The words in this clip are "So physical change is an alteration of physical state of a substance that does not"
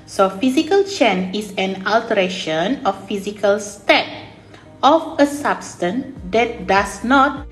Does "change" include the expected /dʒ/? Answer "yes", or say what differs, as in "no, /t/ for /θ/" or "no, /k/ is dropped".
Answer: no, /dʒ/ is dropped